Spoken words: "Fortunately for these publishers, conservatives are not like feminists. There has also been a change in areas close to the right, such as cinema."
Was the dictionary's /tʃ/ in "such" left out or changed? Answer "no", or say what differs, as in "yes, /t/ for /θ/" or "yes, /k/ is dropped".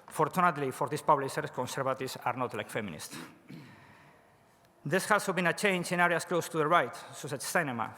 yes, /s/ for /tʃ/